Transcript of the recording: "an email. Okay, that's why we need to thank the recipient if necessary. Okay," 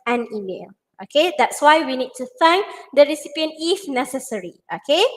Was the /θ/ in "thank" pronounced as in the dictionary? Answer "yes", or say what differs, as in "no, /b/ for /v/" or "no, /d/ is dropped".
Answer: no, /f/ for /θ/